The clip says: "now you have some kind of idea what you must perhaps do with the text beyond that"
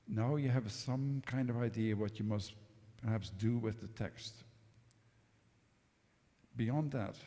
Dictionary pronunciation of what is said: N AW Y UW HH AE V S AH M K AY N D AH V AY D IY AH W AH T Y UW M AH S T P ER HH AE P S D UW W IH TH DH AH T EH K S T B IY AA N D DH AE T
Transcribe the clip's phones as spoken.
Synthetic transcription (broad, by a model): N AW Y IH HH V S AH M K AY N D AH V AY D IY AH W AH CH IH M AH S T P ER HH AE P S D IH W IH DH AH T EH K S T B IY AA N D DH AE T